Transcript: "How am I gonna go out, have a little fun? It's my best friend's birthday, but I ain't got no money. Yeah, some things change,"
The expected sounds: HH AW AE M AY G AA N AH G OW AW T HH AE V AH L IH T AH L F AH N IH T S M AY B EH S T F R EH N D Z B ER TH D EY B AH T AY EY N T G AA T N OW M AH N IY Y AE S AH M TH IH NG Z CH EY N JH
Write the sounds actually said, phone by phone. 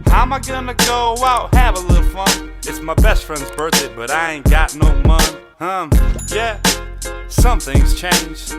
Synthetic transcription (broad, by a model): HH AW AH M AY G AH N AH G OW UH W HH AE V AH L IH T L F AH N IH T S M AY B EH S T F R EH N D Z B ER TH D B AH T AY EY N G AA T N OW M AH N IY Y AE S AH M TH IH NG Z CH EY N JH